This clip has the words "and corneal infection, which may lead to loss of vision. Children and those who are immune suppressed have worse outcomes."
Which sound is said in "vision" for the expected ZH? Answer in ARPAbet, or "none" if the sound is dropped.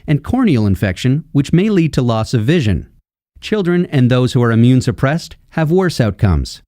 ZH